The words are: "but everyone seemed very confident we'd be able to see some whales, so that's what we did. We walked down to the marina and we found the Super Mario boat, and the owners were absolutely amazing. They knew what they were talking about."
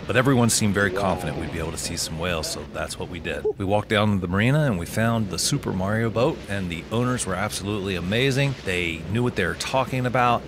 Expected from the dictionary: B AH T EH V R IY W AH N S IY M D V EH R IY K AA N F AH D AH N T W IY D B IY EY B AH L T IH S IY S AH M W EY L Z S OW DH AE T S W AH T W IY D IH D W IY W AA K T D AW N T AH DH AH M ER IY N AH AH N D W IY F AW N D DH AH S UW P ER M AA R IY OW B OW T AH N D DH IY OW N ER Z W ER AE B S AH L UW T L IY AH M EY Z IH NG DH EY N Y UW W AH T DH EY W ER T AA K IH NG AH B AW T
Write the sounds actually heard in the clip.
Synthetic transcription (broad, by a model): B AH T EH V R IY W AH N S IY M V EH R IY K AA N F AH D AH N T W IY D B IY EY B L T IH S IY S AH M W EY L Z S OW DH AE T S W AH T W IY D IH D W IY W AA K D AW N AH DH AH M ER IY N AH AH N W IY F AW N DH AH S UW P ER M AA R IY OW B OW T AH N DH IY OW N ER Z W ER AE B S AH L UW T L IY AH M EY Z IH NG DH EY N Y UW W AH T DH EY W ER T AA K IH NG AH B AW T